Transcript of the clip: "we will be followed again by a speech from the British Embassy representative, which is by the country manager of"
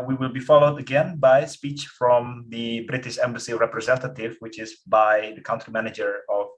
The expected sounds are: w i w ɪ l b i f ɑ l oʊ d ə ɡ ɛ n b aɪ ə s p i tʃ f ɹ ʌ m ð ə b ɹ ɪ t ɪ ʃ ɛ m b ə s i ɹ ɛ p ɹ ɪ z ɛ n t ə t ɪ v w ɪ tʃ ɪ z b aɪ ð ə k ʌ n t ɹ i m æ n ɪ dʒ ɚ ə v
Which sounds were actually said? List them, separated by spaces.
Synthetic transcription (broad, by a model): w i w ɪ l b i f ɑ l oʊ d ə ɡ ɛ n b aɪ ə s p i tʃ f ɹ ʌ m ð ə b ɹ ɪ t ɪ ʃ ɛ m b ə s i ɹ ɛ p ɹ ɪ z ɛ n t ə t ɪ v w ɪ tʃ ɪ z b aɪ ð ə k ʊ n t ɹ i m æ n ɪ dʒ ɚ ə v